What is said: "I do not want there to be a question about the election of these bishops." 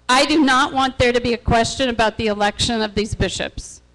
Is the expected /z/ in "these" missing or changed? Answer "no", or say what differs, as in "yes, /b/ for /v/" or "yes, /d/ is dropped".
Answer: no